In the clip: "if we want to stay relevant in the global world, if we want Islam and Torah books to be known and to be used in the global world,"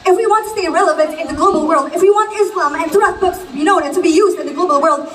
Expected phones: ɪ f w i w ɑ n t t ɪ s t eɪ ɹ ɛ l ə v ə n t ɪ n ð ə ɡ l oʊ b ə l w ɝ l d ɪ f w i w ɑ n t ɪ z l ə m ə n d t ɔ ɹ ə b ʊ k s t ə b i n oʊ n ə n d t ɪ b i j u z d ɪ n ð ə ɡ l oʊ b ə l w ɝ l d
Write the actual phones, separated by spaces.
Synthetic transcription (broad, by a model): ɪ f w i w ɑ n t t ɪ s t eɪ ɹ ɛ l ə v ə n t ɪ n ð ə ɡ l oʊ b l w ɝ l d ɪ f w i w ɑ n t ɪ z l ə m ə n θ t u ə b ʊ k s t ə b i n oʊ n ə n t ɪ b i j u z d ɪ n ð ə ɡ l oʊ b l w ɝ l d